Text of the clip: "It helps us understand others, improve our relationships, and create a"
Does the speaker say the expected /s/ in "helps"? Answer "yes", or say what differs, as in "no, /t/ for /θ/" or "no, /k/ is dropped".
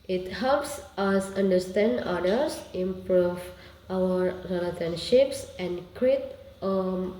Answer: yes